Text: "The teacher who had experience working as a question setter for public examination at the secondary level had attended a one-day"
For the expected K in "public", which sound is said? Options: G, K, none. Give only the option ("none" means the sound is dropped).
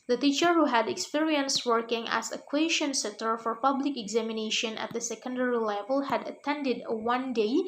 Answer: K